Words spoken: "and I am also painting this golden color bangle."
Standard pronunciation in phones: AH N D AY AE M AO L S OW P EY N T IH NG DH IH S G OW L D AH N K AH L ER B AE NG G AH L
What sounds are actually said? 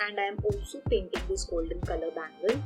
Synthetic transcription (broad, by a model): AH N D AY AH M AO S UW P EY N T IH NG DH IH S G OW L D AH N K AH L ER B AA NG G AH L